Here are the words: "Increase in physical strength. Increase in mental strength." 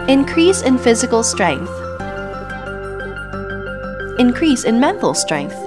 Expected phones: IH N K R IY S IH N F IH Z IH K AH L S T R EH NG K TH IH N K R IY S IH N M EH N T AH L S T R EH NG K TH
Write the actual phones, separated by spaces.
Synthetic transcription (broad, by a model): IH N K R IY S IH N F IH Z IH K AH L S T R EH NG K TH IH N K R IY S IH N M EH N T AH L S T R EH NG K TH